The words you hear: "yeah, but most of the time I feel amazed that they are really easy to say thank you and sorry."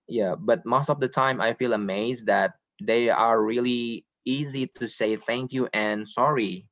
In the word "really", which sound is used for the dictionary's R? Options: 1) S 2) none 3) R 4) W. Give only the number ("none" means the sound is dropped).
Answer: 3